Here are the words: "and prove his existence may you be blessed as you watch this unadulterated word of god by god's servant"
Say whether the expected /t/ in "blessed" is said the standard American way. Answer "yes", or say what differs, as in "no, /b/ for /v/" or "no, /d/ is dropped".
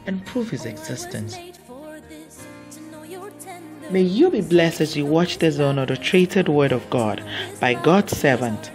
yes